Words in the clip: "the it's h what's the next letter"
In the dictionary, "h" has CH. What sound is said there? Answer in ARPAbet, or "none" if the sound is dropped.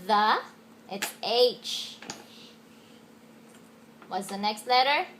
CH